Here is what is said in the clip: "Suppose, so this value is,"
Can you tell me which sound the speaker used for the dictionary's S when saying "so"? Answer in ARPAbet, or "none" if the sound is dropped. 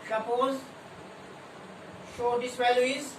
SH